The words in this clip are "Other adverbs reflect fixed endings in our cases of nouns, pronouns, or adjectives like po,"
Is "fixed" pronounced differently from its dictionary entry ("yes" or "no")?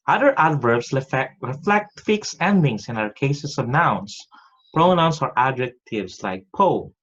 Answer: yes